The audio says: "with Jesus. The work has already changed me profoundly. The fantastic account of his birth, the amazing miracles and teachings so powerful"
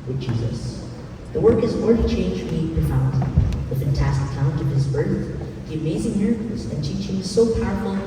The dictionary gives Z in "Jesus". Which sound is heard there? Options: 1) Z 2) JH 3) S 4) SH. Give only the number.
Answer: 1